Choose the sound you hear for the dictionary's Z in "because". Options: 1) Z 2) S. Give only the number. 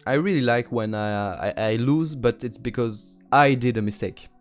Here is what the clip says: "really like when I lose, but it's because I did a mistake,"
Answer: 1